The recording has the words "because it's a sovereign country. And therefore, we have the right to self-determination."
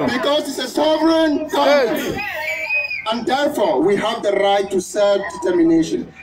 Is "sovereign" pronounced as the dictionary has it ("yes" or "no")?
no